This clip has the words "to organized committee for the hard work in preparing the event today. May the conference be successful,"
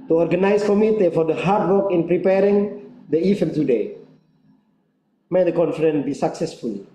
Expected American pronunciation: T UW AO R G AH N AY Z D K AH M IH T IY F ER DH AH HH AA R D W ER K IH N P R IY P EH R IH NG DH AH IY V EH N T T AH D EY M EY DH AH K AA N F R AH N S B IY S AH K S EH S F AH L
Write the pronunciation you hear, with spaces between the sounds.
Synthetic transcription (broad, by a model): T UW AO R G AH N AY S K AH M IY T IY F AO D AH HH AA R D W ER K IH N P R IY P EH R IH NG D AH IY F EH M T T AH D EY M EY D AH K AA N F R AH N B IY S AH K S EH S F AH L